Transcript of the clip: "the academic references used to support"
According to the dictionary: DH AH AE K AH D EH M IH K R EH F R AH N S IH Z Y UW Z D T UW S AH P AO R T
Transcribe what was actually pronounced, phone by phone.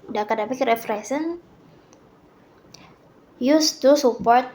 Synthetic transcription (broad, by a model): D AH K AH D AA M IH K R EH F R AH S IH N Y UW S T UW S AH P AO R T